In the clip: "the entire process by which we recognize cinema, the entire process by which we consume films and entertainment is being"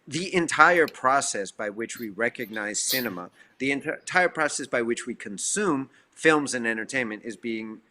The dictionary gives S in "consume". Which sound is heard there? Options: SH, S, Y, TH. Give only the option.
S